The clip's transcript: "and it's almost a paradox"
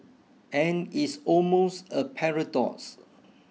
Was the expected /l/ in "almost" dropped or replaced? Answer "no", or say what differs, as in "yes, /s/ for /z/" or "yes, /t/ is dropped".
no